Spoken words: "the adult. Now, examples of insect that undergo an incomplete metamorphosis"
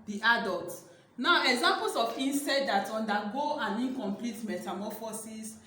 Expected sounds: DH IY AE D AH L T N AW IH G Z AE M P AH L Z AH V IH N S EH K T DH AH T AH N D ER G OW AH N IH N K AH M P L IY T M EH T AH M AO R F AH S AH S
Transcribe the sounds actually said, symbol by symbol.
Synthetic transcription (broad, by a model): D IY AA D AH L T N AW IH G Z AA M P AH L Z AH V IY N S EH T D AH T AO N D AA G OW AH N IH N K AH M P L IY T M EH T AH M AO F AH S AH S